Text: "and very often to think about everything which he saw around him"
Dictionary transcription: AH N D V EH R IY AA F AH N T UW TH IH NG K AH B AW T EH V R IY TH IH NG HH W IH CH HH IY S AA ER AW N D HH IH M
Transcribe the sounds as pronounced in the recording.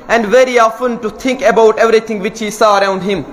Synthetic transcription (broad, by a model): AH N D V EH R IY AA F AH N T UW T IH NG K AH B AW T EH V R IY T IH NG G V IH CH HH IY S AA ER AW N D HH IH M